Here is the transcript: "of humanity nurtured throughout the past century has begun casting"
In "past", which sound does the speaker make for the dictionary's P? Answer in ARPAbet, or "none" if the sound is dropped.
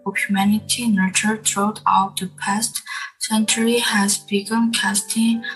P